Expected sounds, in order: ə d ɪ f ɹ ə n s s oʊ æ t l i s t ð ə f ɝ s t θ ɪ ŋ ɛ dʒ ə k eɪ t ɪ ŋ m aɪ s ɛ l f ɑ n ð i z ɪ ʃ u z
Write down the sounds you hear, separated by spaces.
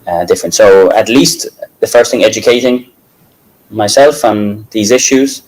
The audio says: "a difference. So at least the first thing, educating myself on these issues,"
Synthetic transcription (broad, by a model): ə d ɪ f ɹ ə n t s oʊ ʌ t l i s t ð ə f ɝ s t θ ɪ ŋ ɛ dʒ ə k eɪ t ɪ ŋ m aɪ s ɛ l f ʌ n ð i z ɪ ʃ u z